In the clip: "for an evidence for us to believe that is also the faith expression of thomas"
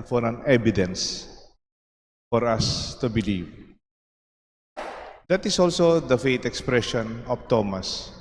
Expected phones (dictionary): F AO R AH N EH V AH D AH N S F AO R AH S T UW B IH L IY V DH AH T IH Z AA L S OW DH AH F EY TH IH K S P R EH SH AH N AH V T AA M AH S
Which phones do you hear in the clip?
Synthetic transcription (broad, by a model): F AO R AH N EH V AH D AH N S F AO R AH S T UW B IH L IY V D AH T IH S AA L S OW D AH F EY T IH K S P R EH SH AH N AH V T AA M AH S